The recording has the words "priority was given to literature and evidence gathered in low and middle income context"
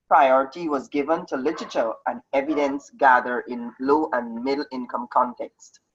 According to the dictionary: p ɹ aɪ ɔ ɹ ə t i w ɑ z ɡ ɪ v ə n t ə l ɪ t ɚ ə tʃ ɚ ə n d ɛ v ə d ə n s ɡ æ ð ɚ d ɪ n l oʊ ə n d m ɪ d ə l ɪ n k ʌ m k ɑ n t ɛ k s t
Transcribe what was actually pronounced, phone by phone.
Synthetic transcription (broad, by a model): p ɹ aɪ ɔ ɹ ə t i w ɑ z ɡ ɪ v ə n t ə l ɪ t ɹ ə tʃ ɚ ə n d ɛ v ə d ə n s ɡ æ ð ɚ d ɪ n l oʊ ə n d m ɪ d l ɪ n k ʌ m k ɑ n t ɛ k s t